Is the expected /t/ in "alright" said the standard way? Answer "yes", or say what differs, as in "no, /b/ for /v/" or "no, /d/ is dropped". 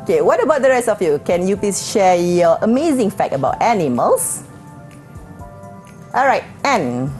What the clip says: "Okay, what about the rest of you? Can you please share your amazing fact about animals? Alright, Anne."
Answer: yes